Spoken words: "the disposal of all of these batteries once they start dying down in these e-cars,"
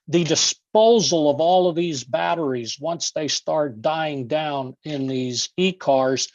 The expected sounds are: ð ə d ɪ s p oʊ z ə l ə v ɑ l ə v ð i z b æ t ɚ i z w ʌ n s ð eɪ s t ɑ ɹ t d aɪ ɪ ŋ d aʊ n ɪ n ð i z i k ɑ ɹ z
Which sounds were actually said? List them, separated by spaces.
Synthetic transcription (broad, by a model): ð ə d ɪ s p oʊ z l ə v ɑ l ə v ð i z b æ t ɚ i z w ʌ n s ð eɪ s t ɑ ɹ t d aɪ ɪ ŋ d aʊ n ɪ n ð i z i k ɑ ɹ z